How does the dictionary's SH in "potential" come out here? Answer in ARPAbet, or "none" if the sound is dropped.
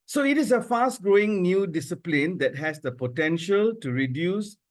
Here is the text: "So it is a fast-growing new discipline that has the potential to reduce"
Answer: SH